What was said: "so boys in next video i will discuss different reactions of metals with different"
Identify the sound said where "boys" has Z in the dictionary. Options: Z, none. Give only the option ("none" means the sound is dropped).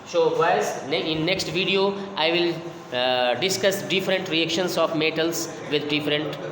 none